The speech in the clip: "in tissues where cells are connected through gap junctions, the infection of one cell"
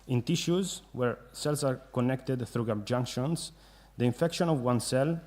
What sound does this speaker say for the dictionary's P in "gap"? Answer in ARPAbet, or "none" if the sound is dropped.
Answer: B